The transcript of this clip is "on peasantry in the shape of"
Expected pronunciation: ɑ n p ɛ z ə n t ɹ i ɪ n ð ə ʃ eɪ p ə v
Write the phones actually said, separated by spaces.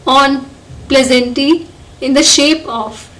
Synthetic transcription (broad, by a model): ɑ n p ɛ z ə n t i ɪ n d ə ʃ eɪ p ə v